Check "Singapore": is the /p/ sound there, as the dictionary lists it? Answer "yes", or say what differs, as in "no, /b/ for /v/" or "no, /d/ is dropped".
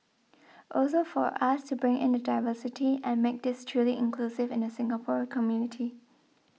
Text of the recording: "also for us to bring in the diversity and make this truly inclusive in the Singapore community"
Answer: yes